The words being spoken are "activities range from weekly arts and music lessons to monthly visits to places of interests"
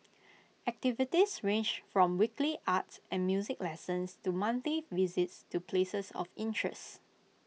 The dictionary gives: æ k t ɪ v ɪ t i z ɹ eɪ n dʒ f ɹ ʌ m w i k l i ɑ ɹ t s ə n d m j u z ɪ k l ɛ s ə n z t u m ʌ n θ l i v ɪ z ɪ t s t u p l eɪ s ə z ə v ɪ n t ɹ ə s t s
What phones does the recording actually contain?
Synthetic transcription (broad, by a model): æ k t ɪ v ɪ t i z ɹ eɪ n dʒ f ɹ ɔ m w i k l i ɑ t s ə n m j u z ɪ k l ɛ s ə n s t u m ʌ n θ i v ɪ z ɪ t s t u p l eɪ s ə s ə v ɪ n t ɹ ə s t